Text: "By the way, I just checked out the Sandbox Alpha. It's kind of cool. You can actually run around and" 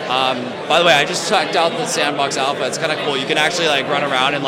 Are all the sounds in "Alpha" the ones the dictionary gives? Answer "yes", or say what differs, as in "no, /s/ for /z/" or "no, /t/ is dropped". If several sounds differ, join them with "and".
yes